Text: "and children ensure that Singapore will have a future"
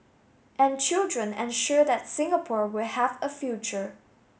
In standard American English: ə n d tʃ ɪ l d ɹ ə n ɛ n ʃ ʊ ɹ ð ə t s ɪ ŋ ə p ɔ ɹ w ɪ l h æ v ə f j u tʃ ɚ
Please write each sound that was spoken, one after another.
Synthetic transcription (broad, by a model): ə n tʃ ɪ l d ɹ ə n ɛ n ʃ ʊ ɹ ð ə t s ɪ ŋ ə p ɔ ɹ w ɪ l h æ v ə f j u tʃ ɚ